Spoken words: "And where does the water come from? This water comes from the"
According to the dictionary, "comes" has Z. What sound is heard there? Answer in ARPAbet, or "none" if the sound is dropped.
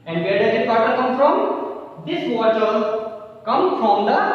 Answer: none